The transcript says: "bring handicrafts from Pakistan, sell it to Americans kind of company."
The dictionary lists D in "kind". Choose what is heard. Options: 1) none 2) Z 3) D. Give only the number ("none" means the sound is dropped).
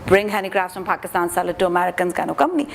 1